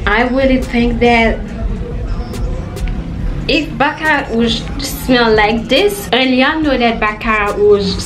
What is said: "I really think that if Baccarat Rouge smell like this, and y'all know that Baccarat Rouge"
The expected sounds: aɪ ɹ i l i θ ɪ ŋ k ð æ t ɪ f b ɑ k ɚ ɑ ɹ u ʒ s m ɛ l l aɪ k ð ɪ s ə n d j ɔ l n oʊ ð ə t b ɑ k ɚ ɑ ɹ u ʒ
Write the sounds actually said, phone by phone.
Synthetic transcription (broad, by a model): aɪ w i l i θ ɪ ŋ k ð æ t ɪ f b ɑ k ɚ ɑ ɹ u z s m ɛ l l aɪ k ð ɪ s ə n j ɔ n oʊ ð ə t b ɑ k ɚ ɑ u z